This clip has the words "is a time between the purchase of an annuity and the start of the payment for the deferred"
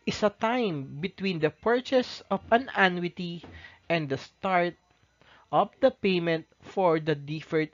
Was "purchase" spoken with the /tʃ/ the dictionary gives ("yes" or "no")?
yes